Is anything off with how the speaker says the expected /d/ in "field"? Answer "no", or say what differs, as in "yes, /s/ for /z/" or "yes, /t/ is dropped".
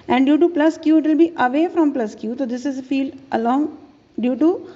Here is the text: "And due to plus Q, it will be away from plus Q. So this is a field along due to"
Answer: no